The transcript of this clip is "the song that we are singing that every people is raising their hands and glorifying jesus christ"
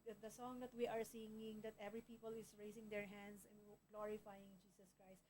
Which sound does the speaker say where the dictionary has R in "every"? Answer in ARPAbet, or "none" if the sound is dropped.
R